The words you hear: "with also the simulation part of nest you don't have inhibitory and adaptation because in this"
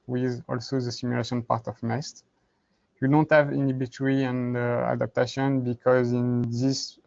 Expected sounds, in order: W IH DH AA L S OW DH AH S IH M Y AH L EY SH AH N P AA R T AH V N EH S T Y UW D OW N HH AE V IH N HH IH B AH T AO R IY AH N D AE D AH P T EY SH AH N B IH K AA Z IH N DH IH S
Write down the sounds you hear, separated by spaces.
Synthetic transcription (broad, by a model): W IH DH AA L S OW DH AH S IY M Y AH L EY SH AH N P AA R T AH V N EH S T Y UW D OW N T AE V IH N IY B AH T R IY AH N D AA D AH P T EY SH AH N B IH K AA Z IH N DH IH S